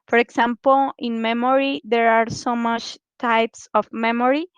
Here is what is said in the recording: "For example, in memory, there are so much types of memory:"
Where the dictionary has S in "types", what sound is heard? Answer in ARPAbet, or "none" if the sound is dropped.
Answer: S